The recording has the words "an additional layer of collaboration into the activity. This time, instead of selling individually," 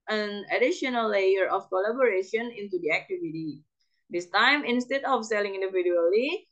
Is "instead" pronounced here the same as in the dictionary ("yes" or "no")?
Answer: yes